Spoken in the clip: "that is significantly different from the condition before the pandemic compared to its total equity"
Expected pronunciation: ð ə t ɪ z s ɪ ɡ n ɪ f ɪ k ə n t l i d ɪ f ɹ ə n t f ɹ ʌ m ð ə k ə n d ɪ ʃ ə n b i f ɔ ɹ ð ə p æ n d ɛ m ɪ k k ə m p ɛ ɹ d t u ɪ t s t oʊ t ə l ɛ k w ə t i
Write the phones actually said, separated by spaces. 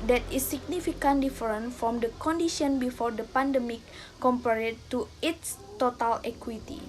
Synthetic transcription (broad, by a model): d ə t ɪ s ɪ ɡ n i f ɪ k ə n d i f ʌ ɹ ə n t f ɹ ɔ m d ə k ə n d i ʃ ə n b i f ɔ ɹ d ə p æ n d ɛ m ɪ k k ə m p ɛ ɹ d t u ɪ t s t oʊ t ə l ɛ k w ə t i